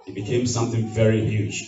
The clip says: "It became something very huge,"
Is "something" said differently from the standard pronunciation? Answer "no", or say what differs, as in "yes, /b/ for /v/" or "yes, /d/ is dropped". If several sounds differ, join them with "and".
no